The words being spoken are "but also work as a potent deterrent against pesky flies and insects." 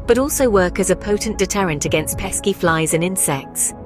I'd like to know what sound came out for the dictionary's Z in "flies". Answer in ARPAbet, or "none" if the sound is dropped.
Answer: Z